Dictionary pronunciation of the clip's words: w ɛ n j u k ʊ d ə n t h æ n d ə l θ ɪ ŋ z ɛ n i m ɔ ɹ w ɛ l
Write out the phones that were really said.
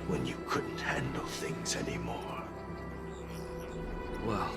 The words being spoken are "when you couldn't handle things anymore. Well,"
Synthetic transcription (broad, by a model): w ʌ n j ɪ k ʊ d n t h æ n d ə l θ ɪ ŋ z ɛ n i m ɔ ɹ w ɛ l